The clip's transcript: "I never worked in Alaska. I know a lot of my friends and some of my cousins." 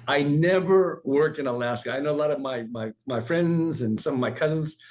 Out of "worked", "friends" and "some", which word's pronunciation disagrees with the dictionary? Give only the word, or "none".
none